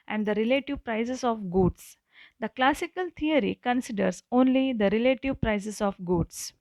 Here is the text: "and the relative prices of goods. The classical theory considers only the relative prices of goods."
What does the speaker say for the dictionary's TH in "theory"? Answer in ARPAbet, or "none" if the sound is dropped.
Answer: T